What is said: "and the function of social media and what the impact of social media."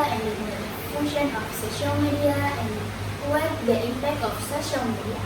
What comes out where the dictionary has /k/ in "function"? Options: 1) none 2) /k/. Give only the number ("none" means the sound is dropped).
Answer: 1